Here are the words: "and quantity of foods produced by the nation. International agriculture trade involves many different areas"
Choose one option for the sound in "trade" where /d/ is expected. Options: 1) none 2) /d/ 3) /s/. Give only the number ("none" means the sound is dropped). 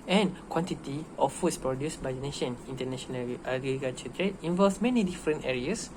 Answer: 1